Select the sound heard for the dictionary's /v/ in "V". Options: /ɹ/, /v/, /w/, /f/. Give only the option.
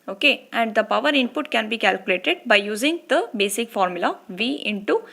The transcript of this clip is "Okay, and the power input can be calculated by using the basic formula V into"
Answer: /v/